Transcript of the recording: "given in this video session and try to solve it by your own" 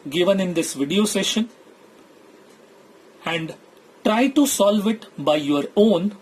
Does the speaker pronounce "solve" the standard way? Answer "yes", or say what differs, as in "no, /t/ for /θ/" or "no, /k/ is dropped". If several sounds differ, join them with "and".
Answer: yes